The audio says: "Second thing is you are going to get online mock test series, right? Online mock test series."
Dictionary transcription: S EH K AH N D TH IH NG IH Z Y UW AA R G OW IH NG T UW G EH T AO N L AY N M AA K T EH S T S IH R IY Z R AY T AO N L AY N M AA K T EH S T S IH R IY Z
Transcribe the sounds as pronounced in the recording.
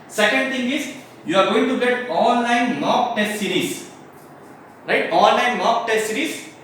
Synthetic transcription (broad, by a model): S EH K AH N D T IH NG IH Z Y UW AA R G OW IH NG T UW G EH T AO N L AY N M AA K T EH S T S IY R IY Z R AY T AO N L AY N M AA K T EH S T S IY R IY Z